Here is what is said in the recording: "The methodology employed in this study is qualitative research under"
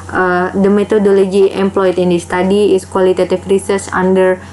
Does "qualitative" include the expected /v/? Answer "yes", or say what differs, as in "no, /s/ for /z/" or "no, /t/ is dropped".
no, /f/ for /v/